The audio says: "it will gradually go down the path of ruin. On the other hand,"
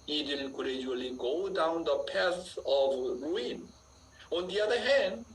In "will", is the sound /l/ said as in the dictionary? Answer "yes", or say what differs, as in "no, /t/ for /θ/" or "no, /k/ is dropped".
no, /n/ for /l/